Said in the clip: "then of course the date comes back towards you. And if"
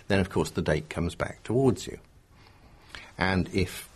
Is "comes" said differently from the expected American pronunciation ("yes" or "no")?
no